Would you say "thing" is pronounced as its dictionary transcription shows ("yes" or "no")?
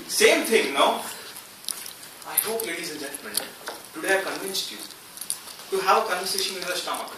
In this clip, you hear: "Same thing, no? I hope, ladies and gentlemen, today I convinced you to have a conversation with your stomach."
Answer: no